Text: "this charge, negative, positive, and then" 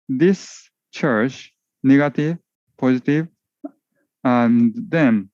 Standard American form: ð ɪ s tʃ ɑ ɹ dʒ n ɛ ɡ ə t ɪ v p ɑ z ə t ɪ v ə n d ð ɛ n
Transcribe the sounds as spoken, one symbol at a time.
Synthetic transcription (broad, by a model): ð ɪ s tʃ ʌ ɹ tʃ n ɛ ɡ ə t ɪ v p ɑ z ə t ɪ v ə n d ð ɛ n